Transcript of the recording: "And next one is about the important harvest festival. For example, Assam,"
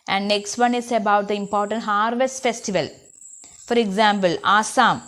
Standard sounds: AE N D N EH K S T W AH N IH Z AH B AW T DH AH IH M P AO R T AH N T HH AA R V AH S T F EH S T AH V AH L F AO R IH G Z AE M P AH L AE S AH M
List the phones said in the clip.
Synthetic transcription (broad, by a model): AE N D N EH K S T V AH N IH S AH B AW T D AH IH M P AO R T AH N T HH AA R V AH S T F EH S T AH V AH L F AO R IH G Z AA M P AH L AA S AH M